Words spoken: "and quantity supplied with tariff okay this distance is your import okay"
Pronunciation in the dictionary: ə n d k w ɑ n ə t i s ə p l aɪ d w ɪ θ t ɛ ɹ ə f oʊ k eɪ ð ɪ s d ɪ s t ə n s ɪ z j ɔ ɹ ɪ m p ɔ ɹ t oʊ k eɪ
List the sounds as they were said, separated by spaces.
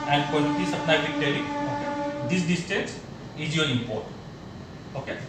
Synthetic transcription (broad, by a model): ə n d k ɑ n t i s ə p n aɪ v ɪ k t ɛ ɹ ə oʊ k eɪ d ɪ s d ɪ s t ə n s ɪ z j ɔ ɹ ɪ m p ɔ ɹ t oʊ k eɪ